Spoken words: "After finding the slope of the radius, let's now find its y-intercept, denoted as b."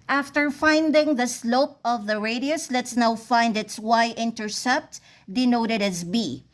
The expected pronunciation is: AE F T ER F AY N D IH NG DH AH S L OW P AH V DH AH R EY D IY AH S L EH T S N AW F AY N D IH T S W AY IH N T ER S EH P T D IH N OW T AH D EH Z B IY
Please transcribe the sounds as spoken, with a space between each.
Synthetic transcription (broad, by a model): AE F T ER F AY N D IH NG DH AH S L OW P AH V DH AH R EY D IY AH S L EH T S N AW F AY N D IH T S W AY IH N T ER S EH P T D IH N OW T AH D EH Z B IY